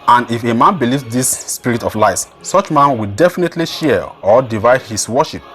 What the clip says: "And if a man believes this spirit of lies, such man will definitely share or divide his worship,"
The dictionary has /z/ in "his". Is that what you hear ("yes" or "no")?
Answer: no